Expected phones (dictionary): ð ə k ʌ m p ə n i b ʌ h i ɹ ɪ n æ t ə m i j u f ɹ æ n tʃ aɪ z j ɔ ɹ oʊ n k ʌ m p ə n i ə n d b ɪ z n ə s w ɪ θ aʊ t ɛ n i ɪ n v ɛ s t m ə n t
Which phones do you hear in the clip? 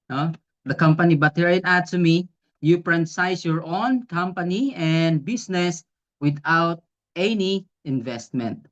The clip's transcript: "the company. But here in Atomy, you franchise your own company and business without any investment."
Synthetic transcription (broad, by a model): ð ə k ʌ m p ə n i b ʌ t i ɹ ɪ n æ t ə m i j u p ɹ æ n s aɪ s j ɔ ɹ oʊ n k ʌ m p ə n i ə n d b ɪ s n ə s w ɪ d aʊ t ɛ n i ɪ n v ɛ s t m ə n t